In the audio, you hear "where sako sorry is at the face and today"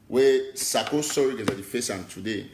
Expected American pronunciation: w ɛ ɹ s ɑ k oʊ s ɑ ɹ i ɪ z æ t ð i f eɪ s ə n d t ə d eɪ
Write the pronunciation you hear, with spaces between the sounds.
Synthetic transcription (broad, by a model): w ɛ s ɑ k oʊ s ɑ w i ɪ z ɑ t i f eɪ s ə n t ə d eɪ